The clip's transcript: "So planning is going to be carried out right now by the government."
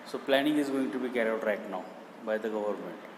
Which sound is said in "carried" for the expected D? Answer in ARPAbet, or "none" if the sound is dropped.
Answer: none